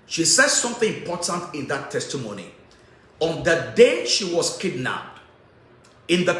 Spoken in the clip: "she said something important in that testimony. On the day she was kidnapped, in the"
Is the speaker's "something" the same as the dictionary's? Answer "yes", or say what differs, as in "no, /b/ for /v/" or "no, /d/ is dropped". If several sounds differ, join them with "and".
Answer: yes